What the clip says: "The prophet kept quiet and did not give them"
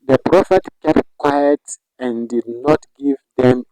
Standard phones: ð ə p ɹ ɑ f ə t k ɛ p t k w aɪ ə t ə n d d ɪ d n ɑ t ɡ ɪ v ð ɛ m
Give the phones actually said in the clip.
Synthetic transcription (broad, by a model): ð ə p ɹ ɑ f ə t k ɛ p t k w aɪ ə t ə n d d ɪ d n ɑ t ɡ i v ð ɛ m